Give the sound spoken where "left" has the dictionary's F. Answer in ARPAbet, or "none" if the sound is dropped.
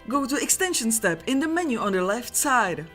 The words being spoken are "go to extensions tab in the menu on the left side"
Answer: F